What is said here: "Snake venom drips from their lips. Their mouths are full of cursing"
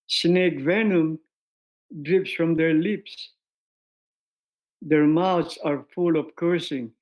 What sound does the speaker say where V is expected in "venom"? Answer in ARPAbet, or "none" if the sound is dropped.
V